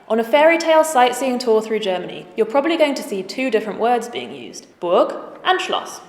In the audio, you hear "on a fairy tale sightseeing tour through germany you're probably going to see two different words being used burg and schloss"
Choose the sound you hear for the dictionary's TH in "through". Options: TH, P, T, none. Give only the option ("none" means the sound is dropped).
TH